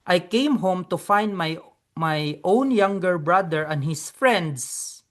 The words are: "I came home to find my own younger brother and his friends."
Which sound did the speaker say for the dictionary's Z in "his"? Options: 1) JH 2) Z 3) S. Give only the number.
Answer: 3